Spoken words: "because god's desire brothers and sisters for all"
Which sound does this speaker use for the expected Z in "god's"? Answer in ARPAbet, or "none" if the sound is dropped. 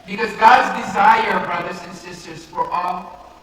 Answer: Z